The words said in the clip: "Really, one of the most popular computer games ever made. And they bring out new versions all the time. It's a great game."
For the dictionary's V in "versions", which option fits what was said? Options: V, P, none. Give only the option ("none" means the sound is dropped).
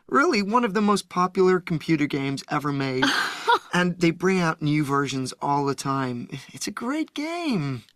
V